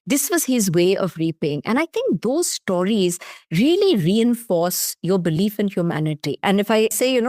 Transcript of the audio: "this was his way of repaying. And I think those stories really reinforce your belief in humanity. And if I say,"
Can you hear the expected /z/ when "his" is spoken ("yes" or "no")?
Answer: yes